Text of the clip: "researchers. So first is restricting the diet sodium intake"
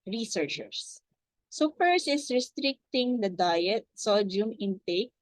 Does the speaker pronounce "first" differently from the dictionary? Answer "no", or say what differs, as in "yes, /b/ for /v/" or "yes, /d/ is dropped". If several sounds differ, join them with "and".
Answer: yes, /t/ is dropped